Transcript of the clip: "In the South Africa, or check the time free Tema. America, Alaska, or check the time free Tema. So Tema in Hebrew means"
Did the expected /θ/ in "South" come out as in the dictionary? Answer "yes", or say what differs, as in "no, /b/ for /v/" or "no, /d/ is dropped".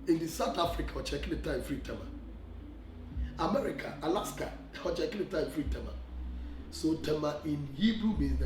no, /t/ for /θ/